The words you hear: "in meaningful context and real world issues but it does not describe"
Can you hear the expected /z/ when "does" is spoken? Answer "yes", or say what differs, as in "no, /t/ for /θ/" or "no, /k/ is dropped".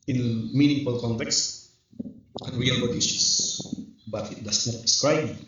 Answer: no, /s/ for /z/